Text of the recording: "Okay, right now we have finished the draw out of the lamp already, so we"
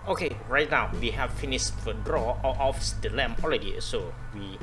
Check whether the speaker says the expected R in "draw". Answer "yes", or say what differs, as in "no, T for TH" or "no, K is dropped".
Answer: yes